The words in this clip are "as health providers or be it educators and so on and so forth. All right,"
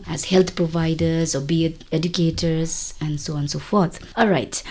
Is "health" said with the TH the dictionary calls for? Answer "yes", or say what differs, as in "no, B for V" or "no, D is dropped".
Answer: no, T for TH